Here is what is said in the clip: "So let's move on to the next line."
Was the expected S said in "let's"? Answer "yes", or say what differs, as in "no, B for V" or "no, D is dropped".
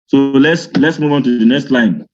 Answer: yes